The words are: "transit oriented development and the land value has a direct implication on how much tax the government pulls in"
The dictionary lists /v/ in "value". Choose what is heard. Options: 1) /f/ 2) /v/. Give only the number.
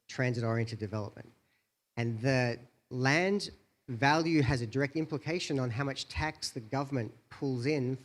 2